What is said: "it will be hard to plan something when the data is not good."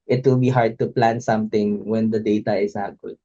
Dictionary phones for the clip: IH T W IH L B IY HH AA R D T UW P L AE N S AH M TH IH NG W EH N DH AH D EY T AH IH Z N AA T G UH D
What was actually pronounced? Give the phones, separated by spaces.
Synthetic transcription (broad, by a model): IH T W IH L B IY HH AA R D T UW P L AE N S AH M T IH NG W EH N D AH D EY T AH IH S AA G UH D